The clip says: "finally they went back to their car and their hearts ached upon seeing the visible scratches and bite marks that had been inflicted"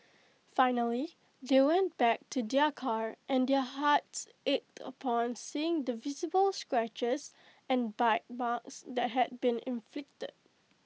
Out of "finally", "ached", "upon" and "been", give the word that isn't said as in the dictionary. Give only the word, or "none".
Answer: none